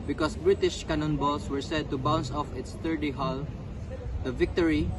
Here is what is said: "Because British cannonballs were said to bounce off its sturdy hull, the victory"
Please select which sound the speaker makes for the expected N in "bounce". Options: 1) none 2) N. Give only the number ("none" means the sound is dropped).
2